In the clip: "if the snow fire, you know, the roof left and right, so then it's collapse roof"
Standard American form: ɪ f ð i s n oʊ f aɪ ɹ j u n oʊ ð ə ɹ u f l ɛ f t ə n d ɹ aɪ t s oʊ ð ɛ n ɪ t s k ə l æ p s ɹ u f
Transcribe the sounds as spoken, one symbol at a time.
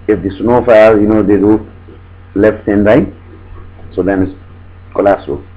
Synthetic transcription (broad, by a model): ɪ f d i s n oʊ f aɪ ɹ j u n oʊ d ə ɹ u l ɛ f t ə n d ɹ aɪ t s oʊ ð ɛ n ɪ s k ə l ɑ s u